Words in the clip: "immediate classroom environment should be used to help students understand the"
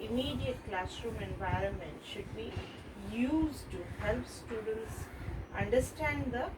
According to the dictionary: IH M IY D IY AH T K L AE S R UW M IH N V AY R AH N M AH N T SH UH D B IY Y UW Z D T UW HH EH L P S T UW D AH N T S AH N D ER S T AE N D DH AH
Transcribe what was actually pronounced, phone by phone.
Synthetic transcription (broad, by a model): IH M IY D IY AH T K L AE S R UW M IH N V AY R AH N M AH N T SH UH D B IY Y UW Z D T UW HH EH L P S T UW D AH N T S AH N D ER S T AE N D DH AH